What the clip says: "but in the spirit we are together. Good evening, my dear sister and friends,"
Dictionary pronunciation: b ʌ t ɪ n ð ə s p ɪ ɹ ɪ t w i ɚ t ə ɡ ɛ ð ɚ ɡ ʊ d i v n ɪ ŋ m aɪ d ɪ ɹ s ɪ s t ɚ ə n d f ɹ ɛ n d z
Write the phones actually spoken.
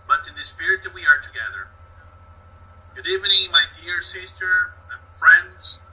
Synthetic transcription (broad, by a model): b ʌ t ɪ n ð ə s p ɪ ɹ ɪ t w i ɚ t ə ɡ ɛ ð ɚ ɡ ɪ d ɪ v ɪ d m aɪ d ɪ ɹ s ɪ s t ɚ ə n f ɹ ɛ n d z